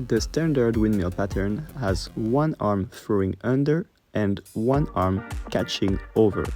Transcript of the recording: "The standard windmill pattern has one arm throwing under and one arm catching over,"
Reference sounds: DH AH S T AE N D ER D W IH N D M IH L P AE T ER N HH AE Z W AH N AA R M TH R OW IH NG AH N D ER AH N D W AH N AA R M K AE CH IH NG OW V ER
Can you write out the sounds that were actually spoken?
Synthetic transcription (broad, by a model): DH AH S T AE N D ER D W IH N M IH L P AE T ER N HH AE Z W AH N AA R M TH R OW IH NG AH N D ER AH N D W AH N AA R M K AE CH IH NG OW V ER